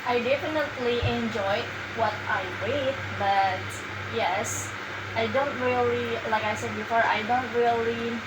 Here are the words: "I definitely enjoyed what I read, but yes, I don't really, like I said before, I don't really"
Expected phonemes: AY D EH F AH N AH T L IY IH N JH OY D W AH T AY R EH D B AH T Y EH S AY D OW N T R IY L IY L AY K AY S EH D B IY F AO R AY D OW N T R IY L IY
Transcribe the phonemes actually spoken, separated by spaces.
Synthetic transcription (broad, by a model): AY D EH F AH N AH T L IY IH N JH OY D W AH T AY W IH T B AH T Y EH S AY D OW N T R IY L IY L AY K AY S EH D B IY F AO R AY D OW N T R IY L IY